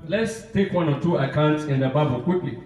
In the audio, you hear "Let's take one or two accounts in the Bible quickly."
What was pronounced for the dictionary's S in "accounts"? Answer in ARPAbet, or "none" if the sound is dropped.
S